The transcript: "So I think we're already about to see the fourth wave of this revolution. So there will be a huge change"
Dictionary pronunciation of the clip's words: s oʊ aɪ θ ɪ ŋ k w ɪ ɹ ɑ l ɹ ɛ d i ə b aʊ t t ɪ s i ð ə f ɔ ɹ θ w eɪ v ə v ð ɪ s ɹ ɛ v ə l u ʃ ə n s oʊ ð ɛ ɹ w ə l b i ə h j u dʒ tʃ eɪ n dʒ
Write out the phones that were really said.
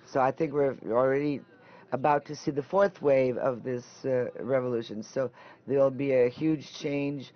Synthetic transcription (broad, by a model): s oʊ aɪ θ ɪ ŋ k w ɪ ɹ l ɹ ɛ d i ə b aʊ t t ɪ s i ð ə f ɔ ɹ θ w eɪ v ə v ð ɪ s ɹ ɛ v ə l u ʃ ə n s oʊ ð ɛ ɹ l b i ə h j u dʒ tʃ eɪ n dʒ